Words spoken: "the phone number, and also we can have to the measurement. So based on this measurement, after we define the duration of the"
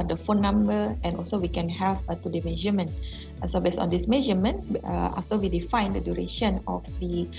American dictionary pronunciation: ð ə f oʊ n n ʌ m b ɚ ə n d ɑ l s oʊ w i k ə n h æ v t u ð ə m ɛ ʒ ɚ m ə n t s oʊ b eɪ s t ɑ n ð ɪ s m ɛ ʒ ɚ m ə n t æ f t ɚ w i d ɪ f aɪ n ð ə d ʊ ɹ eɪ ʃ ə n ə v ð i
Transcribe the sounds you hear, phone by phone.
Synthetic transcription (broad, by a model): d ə f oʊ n n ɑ m b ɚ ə n ɑ l s oʊ w i k ə n h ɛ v t u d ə m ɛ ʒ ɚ m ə n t s oʊ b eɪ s ɑ n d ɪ s m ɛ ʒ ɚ m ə n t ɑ f t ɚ w i d ɪ f aɪ n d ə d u ɹ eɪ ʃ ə n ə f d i